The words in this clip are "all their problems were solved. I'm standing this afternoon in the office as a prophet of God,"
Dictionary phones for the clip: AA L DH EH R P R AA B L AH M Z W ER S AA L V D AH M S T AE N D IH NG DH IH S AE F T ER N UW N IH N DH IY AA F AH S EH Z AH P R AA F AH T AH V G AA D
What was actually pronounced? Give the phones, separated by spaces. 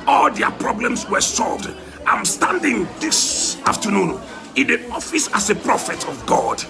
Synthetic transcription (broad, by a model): AA L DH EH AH P R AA B L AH M S W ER S AA L V D AH M S T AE N D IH NG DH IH S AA F T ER N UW N IH N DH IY AA F AH S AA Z AH P R AA F AH T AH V G AA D